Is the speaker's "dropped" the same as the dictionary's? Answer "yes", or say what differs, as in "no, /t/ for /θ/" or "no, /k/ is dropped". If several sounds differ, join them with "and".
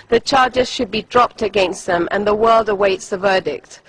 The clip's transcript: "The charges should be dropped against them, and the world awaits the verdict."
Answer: yes